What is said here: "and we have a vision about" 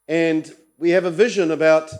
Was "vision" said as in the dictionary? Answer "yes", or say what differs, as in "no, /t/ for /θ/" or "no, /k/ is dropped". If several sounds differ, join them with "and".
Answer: yes